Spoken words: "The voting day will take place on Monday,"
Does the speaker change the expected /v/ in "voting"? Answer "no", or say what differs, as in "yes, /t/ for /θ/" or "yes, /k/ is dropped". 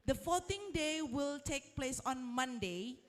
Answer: yes, /f/ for /v/